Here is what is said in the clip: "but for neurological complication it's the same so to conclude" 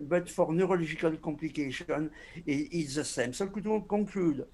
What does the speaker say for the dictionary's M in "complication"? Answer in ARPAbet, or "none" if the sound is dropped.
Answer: none